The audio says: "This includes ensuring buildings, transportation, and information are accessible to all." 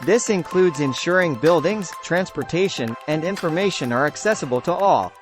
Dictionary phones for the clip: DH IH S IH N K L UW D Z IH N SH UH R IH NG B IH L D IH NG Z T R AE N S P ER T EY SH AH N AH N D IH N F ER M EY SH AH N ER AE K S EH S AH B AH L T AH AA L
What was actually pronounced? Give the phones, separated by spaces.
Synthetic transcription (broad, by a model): DH IH S IH N K L UW D Z IH N SH UH R IH NG B IH L D IH NG Z T R AE N S P ER T EY SH AH N AH N D IH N F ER M EY SH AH N ER AE K S EH S AH B AH L T AH AA L